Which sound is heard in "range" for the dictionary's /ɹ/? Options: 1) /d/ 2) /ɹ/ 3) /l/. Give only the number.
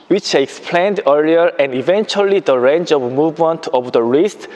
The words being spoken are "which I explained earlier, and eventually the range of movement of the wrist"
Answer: 2